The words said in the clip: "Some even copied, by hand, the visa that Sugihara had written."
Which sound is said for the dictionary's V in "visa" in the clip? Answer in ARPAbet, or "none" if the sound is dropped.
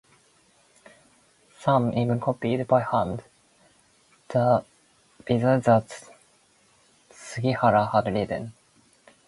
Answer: B